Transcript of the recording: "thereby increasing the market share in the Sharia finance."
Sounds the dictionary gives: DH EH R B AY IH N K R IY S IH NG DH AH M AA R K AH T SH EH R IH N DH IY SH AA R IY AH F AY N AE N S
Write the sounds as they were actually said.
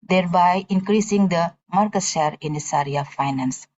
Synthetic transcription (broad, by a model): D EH R B AY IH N K R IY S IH NG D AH M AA R K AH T SH EH R IH N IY S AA R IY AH F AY N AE N S